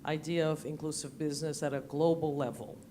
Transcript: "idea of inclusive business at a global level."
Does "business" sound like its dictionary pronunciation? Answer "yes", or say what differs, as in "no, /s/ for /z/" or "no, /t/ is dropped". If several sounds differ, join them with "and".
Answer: yes